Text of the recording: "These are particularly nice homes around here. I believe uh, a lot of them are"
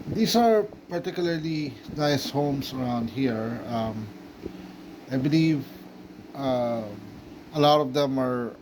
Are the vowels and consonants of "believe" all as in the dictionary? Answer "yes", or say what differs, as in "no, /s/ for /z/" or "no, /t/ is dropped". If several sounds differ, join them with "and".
yes